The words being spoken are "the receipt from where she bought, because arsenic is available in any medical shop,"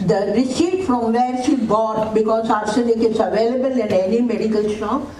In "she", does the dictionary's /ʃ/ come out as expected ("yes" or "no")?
no